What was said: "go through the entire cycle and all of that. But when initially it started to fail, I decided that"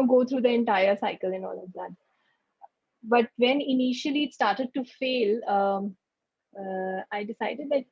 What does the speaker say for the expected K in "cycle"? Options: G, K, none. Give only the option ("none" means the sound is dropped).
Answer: K